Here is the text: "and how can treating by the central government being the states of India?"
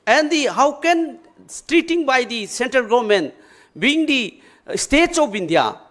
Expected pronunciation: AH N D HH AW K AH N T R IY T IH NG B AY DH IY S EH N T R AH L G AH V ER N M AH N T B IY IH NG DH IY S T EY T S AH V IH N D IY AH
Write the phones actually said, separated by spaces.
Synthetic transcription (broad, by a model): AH N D HH AW K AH N T R IY T IH NG B AY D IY S EH N T R AH L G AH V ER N M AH N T B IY NG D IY S T EY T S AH B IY N D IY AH